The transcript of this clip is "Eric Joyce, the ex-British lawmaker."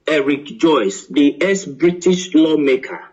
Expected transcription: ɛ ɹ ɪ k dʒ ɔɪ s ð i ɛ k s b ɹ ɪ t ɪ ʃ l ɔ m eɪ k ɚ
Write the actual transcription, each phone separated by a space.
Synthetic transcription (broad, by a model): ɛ ɹ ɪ k dʒ ɔɪ s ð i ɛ s b ɹ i t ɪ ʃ l ɔ m eɪ k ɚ